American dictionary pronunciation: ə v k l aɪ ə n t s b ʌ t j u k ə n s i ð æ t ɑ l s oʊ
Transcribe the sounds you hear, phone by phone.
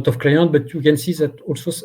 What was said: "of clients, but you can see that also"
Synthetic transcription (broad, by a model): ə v k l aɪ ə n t b ʌ t j u k ə n s i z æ t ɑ l s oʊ